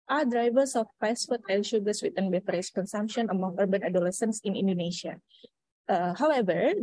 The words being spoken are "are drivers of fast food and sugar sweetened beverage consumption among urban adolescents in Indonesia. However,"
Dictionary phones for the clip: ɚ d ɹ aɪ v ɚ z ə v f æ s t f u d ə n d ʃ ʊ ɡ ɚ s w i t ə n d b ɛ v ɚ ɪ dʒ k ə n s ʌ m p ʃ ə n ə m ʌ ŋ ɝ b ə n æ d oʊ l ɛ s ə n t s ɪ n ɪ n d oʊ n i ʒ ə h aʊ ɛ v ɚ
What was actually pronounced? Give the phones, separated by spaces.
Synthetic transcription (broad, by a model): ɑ d ɹ aɪ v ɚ s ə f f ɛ s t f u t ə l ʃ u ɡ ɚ s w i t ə n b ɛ f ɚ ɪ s k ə n s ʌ m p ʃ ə n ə m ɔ ŋ ɝ b ə n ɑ d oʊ l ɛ s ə n s ɪ n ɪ n d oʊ n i ʃ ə h aʊ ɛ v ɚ